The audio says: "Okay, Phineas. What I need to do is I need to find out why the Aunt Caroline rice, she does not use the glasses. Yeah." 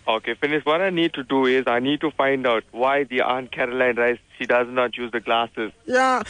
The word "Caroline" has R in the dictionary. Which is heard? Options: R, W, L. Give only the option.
R